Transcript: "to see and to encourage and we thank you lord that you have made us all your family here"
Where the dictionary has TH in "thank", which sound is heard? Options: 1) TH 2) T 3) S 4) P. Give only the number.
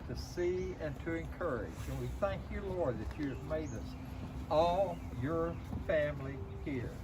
1